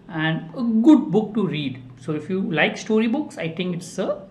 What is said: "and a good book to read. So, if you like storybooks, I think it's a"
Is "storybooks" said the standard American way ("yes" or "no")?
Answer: yes